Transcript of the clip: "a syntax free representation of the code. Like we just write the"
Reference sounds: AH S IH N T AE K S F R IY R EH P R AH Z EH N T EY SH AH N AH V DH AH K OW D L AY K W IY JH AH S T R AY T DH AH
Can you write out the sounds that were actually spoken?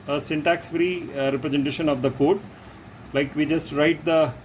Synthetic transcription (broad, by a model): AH S IH N T AE K S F R IY R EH P R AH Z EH N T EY SH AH N AH V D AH K OW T L AY K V IY JH AH S T R AY T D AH